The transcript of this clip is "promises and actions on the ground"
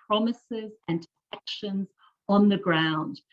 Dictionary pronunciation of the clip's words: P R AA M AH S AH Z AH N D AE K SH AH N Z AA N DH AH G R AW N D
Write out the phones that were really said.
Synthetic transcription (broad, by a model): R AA M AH S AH Z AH N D AE K SH AH N Z N DH AH G R AW N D